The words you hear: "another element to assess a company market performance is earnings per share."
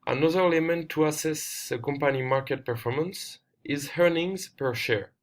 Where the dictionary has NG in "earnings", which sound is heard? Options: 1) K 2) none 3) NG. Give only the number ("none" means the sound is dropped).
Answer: 3